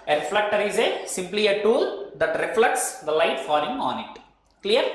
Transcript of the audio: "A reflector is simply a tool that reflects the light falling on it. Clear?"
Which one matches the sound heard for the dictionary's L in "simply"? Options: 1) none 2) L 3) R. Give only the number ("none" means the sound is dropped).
2